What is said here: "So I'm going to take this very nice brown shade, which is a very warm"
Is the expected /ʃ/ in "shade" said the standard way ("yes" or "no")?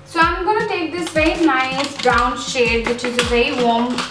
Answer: yes